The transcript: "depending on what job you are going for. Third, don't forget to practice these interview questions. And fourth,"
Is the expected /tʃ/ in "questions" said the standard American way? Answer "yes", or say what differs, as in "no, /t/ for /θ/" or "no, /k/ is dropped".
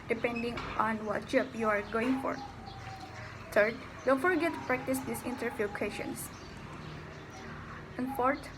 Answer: no, /tʃ/ is dropped